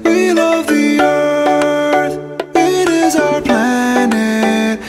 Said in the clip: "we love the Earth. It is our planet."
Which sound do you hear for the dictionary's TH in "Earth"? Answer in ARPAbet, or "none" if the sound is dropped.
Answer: TH